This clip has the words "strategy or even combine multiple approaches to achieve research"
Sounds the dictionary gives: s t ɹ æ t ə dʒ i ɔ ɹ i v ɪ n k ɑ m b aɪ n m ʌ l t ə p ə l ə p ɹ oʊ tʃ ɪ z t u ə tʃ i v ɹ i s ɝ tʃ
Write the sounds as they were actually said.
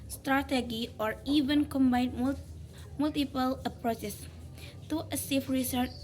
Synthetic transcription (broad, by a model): s t ɹ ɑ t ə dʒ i ɔ ɹ i v ɪ n k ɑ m b aɪ n m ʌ l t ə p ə l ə p ɹ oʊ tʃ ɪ s t u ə s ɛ f ɹ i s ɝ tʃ